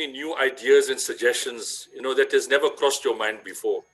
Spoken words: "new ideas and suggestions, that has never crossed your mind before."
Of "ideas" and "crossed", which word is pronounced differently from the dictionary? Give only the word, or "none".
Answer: none